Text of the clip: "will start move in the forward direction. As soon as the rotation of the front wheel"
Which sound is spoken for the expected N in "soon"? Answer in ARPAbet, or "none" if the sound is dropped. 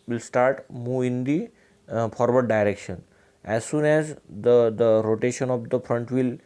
N